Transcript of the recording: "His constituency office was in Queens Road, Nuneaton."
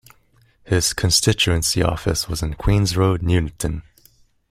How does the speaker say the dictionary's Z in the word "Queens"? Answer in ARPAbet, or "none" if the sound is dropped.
Z